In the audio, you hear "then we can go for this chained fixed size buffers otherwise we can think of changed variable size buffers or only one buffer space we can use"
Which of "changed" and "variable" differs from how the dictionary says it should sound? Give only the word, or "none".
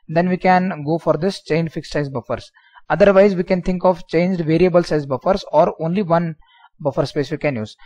none